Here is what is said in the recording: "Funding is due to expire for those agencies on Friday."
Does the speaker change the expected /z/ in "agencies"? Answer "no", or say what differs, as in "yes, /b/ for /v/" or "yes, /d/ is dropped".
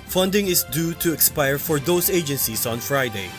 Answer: yes, /s/ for /z/